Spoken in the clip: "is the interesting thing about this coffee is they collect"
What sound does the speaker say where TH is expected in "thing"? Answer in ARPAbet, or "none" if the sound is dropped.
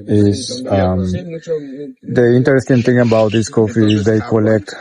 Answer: T